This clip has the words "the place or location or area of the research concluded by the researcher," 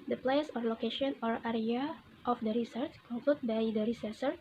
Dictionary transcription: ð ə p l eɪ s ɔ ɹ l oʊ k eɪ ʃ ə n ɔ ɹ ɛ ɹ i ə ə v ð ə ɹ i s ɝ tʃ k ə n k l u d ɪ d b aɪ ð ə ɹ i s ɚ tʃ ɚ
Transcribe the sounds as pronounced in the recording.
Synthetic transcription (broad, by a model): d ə p l eɪ s ɔ ɹ l oʊ k eɪ ʃ ə n ɔ ɹ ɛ ɹ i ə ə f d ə ɹ i s ɝ tʃ k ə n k l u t b aɪ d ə ɹ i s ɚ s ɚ